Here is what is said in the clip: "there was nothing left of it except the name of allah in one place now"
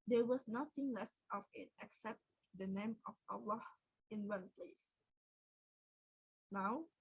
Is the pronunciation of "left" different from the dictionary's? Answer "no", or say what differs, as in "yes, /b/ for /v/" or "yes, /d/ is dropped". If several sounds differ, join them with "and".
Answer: no